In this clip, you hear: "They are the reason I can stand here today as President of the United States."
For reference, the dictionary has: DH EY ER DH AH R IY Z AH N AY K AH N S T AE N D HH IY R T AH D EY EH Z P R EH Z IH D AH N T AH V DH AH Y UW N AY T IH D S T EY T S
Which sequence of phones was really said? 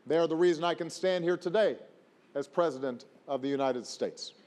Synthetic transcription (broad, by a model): DH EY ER DH AH R IY Z AH N AY K AH N S T AE N D HH IY R T AH D EY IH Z P R EH Z IH D AH N T AH V DH AH Y UW N AY T IH D S T EY T S